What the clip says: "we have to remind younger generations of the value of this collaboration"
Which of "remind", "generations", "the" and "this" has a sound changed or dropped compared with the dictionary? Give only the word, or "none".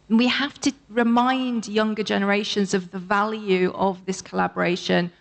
none